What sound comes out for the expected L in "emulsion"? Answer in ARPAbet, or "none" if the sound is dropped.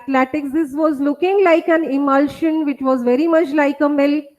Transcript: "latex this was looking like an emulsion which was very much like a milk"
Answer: L